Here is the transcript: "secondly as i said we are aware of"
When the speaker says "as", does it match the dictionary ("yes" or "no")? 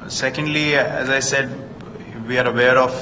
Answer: yes